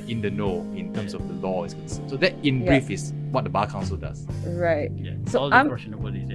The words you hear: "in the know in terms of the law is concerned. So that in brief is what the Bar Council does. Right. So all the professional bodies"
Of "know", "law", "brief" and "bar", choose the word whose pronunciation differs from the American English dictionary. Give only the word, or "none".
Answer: bar